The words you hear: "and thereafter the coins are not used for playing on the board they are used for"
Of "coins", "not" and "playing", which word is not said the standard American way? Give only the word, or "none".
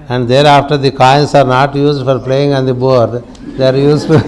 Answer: coins